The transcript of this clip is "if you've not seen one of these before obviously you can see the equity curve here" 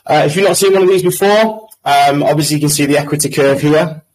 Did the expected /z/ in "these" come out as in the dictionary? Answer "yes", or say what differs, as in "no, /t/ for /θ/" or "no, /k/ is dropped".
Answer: yes